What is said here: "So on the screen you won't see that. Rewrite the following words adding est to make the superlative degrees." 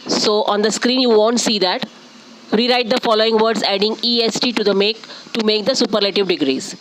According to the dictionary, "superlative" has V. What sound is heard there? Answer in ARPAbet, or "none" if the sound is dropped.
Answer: V